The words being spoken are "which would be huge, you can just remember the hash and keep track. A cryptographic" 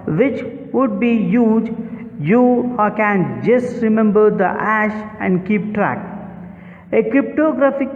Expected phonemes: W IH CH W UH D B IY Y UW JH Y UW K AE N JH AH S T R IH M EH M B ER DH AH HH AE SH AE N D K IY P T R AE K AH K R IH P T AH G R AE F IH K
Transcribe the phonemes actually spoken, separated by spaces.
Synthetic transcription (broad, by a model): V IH CH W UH D B IY Y UW JH Y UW K AE N JH AH S T R IH M EH M B ER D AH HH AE SH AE N D K IY P T R AE K AH K R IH P T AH G R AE F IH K